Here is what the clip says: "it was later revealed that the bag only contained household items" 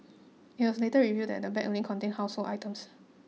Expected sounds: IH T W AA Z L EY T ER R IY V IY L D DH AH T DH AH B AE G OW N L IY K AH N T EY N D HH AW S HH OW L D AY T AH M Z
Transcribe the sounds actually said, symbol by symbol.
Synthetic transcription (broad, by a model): IH T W AA S L EY T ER R IY V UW D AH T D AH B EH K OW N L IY K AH N T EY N HH AW S HH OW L AY T AH M S